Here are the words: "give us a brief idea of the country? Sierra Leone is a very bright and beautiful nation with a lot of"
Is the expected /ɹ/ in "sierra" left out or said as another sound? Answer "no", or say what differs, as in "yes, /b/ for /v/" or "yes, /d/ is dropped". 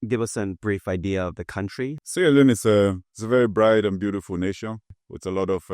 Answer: yes, /l/ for /ɹ/